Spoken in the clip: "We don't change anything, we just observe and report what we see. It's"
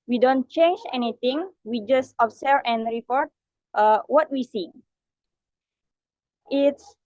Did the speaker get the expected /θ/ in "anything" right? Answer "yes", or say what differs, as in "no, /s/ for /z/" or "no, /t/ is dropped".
no, /t/ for /θ/